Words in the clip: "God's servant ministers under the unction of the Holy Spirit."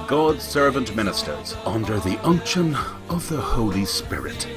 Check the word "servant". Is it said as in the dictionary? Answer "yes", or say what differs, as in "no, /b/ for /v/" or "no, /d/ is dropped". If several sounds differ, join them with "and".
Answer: yes